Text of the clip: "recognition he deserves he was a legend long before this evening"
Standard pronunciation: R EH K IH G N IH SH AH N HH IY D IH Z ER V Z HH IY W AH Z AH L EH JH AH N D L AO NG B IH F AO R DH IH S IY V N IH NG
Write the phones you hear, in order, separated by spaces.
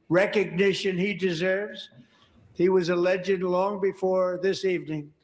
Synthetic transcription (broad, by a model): R EH K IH G N IH SH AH N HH IY D IH Z ER V Z HH IY W AH Z AH L EH JH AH D L AO NG B IH F AO R DH IH S IY V N IH NG